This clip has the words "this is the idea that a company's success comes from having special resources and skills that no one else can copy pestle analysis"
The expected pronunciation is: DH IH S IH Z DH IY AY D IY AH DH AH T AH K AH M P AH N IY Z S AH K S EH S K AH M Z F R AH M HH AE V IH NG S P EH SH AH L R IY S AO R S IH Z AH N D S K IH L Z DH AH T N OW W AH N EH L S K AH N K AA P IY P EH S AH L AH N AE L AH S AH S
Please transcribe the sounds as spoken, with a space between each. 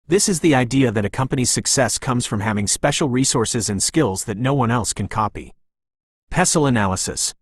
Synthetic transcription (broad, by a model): DH IH S IH Z DH IY AY D IY AH DH AH T AH K AH M P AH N IY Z S AH K S EH S K AH M Z F R AH M HH AE V IH NG S P EH SH L R IY S AO R S IH Z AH N S K IH L Z DH AH T N OW W AH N EH L S K AH N K AA P IY P EH S L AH N AE L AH S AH S